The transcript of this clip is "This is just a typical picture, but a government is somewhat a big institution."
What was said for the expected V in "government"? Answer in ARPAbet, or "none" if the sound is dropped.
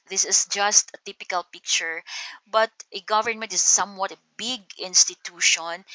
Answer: V